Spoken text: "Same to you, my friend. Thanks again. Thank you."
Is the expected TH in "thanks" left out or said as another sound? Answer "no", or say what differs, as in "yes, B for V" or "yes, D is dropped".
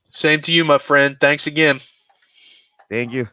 no